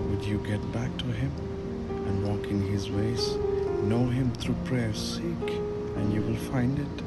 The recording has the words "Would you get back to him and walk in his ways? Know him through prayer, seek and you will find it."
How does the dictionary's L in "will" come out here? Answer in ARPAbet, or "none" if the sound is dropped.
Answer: L